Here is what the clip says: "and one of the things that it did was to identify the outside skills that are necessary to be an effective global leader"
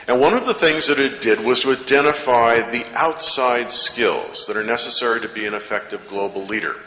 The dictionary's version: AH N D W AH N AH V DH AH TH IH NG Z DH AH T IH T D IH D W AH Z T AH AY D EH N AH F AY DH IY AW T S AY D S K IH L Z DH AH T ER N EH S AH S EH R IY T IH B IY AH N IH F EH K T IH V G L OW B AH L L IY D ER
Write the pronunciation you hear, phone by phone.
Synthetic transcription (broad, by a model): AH N W AH N AH V DH AH TH IH NG Z DH AH T IH T D IH D W AH Z T AH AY D EH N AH F AY DH IY AW T S AY D S K IH L Z DH AH T ER N EH S AH S EH R IY T IH B IY AH N IH F EH K T IH V G L OW B L L IY D ER